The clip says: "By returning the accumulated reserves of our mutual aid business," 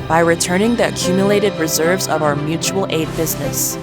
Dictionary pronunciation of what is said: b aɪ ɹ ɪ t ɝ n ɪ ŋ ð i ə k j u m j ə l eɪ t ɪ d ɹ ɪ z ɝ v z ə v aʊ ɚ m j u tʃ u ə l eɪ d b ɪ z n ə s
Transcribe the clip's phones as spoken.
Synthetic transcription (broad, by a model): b aɪ ɹ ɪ t ɝ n ɪ ŋ ð i ə k j u m j ə l eɪ t ɪ d ɹ ɪ z ɝ v z ə v aʊ ɚ m j u tʃ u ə l eɪ d b ɪ z n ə s